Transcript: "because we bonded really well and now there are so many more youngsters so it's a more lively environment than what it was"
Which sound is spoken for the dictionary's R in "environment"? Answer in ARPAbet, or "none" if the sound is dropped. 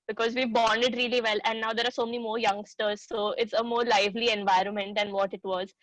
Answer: R